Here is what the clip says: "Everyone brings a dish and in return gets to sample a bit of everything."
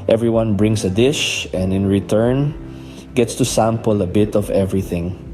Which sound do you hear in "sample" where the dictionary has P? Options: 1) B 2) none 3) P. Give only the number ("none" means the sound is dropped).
3